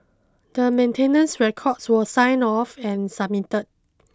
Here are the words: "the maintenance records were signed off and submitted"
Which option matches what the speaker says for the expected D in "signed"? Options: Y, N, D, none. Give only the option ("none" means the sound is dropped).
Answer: none